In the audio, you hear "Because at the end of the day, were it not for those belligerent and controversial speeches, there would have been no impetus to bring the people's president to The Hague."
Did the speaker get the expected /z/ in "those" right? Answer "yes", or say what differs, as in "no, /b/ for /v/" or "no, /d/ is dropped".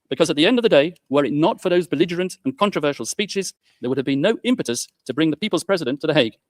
yes